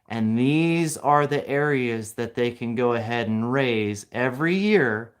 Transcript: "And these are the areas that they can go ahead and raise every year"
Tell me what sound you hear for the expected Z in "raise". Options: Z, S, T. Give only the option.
Z